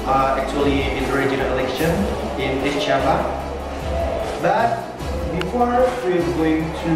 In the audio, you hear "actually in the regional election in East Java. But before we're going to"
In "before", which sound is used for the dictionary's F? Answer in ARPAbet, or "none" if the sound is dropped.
F